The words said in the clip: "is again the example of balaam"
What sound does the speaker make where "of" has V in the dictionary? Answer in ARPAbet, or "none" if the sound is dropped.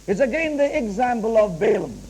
V